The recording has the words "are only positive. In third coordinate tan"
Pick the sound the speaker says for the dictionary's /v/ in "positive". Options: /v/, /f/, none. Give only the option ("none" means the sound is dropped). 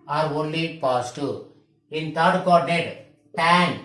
none